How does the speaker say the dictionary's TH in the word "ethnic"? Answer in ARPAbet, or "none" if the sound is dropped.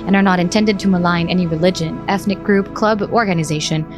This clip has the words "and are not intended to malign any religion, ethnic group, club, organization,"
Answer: TH